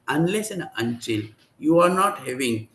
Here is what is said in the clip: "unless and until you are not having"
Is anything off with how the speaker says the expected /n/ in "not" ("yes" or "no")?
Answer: no